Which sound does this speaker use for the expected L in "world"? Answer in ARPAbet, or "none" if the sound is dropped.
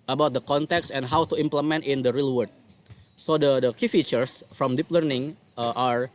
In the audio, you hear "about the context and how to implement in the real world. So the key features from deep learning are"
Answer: none